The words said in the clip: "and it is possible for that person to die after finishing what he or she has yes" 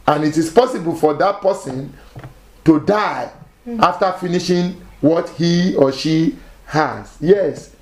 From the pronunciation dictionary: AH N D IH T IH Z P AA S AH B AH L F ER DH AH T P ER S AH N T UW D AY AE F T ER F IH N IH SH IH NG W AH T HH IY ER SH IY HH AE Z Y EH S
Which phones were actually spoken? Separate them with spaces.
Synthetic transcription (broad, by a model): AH N IH T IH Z P AA S AH B AH L F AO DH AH T P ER S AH N T UW D AY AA F T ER F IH N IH SH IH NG W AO T HH IY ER SH IY HH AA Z Y EH S